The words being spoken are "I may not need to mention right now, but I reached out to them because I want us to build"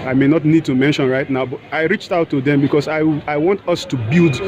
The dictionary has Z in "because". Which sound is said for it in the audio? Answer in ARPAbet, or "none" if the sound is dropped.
S